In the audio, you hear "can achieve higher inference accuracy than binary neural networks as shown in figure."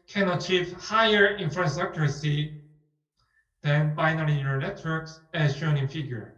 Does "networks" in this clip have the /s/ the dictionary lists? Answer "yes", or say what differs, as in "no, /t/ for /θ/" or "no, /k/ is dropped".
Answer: yes